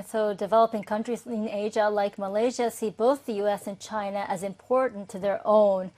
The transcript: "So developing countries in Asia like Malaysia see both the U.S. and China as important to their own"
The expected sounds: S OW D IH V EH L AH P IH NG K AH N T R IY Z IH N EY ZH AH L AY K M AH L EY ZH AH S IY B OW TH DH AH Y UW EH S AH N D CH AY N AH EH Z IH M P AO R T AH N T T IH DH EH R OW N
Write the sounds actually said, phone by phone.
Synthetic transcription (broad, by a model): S OW D IH V EH L AH P IH NG K AH N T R IY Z IH N EY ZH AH L AY K M AH L EY ZH AH S IY B OW TH DH AH Y UW EH S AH N CH AY N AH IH Z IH M P AO R T N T T IH DH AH R OW N